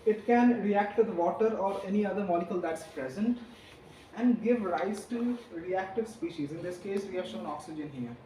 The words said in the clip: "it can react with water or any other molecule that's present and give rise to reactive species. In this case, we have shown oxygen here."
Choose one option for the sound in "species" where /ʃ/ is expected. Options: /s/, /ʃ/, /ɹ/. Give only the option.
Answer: /ʃ/